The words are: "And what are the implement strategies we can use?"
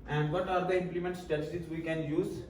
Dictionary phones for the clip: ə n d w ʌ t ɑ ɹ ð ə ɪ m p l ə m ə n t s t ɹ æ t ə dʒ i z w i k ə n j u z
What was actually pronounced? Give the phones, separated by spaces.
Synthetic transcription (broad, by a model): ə n d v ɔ t ɑ ɹ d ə ɪ m p l ə m ə n t s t ɛ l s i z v i k ə n j u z